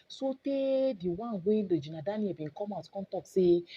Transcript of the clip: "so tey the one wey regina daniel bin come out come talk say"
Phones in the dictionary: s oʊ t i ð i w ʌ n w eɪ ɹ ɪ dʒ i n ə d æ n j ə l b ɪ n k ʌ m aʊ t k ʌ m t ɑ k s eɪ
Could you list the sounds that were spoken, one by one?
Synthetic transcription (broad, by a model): s oʊ t i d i w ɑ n w eɪ l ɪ dʒ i n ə d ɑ n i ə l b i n k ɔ m aʊ t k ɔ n t ɑ k s eɪ